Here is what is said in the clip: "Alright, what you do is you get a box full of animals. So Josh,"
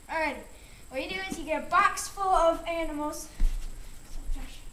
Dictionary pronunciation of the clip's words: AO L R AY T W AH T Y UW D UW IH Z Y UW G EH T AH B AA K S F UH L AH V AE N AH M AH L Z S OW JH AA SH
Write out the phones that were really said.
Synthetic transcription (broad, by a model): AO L R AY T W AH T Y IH D UW IH Z Y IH G EH T AH B AA K S F UH L AH V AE N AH M L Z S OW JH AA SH